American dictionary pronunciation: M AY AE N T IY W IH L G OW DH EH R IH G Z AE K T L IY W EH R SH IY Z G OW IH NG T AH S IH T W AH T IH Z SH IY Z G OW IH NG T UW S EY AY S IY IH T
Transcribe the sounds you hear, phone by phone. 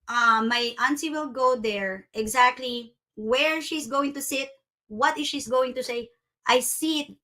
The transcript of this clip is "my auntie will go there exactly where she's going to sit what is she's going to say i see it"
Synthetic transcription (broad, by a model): M AY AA N S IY W IH L G OW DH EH R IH G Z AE K T L IY W EH R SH IY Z G OW IH NG T AH S IH T W AH T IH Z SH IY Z G OW IH NG T UW S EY AY S IY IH T